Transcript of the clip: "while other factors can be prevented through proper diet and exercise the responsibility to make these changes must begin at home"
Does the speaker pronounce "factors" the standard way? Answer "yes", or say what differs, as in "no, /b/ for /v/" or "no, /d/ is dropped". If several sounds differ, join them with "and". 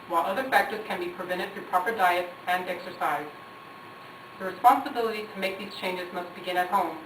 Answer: yes